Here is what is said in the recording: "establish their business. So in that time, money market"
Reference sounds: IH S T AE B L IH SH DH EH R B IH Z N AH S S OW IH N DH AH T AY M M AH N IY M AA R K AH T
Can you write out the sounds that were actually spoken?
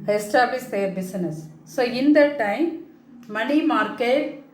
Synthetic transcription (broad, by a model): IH S T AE B L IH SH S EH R B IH S N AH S S OW IH N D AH T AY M M AH N IY M AA R K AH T